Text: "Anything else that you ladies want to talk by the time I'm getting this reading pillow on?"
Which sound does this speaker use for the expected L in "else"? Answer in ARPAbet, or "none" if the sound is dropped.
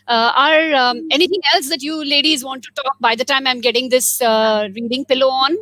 L